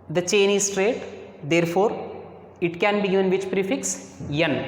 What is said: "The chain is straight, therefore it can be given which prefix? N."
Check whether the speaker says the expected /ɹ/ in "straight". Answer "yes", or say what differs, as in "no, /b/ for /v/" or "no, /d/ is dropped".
yes